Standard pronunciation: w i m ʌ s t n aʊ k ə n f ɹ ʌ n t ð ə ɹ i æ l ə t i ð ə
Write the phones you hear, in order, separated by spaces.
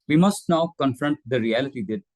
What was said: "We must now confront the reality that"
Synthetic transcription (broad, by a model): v i m ʌ s t n aʊ k ə n f ɹ ʌ n t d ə ɹ i æ l ə t i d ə